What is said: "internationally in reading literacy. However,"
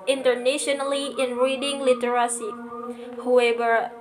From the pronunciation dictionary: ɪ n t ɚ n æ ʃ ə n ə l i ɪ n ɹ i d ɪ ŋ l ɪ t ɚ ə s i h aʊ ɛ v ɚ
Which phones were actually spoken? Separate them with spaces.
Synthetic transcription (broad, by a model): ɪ n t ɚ n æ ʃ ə n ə l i ɪ n ɹ i d ɪ ŋ l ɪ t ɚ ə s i h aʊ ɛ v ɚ